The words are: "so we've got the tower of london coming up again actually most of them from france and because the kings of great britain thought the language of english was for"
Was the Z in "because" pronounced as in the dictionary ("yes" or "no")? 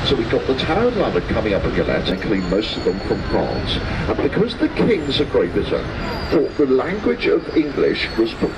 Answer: yes